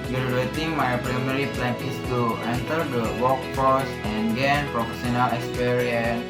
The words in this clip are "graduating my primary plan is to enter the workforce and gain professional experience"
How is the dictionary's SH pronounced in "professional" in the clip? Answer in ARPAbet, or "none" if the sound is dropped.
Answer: S